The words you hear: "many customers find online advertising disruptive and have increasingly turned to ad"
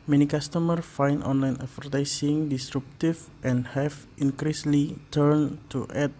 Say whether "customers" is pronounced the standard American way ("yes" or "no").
no